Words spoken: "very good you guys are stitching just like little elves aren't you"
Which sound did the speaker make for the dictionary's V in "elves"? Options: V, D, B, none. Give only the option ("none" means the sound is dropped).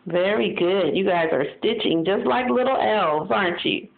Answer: V